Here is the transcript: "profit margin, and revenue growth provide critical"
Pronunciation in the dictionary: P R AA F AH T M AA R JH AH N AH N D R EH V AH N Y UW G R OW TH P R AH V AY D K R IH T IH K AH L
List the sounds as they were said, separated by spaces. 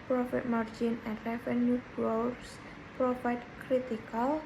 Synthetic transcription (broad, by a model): P R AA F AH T M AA R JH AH N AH N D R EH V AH N Y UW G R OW S P R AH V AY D K R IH T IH K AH L